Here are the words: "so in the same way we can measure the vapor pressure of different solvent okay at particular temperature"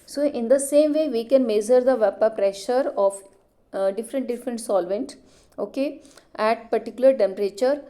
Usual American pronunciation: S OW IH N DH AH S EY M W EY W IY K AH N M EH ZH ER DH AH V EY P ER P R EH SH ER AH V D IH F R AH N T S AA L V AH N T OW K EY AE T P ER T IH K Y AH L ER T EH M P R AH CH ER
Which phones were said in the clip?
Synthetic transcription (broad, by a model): S OW IH N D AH S EY M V EY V IY K AH N M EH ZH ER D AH V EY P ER P R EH SH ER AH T D IH F R AH N T S AA L V AH N T OW K EY AE T P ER T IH K Y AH L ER T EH M P R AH CH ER